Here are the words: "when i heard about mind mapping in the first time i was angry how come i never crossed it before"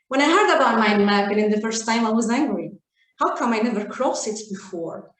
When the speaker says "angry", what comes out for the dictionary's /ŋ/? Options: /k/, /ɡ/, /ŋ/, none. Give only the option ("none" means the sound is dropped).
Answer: /ŋ/